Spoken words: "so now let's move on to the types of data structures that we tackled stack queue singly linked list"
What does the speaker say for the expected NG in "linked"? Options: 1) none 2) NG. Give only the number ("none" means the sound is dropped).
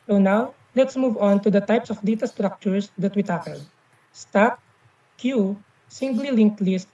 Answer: 2